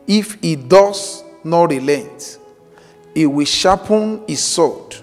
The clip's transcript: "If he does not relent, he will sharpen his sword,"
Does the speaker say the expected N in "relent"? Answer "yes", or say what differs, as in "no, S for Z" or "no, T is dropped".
yes